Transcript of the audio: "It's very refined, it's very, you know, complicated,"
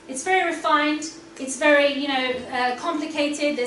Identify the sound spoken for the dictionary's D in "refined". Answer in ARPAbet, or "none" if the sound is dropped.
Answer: D